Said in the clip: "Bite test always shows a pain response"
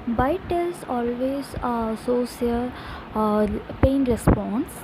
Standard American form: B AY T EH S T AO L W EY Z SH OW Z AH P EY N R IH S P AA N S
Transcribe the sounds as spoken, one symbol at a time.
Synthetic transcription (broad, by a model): B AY T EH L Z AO L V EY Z S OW S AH P EY N R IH S P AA N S